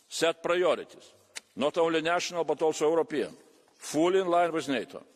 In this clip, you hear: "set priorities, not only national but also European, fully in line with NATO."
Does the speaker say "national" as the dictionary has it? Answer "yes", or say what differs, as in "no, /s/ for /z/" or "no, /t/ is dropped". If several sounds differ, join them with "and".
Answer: yes